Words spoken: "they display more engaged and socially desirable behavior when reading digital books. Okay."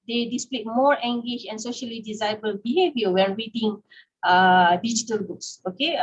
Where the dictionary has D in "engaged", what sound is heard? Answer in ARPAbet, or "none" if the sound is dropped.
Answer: none